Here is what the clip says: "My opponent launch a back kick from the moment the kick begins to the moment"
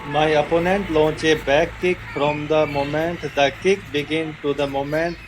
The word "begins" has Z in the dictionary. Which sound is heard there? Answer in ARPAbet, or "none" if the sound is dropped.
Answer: none